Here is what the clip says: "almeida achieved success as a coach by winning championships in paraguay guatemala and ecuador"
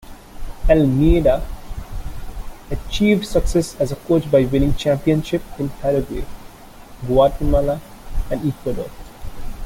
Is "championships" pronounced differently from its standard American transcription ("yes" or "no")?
yes